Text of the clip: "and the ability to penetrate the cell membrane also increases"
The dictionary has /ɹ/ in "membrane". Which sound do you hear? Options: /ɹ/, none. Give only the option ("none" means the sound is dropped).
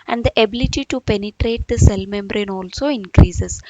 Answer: /ɹ/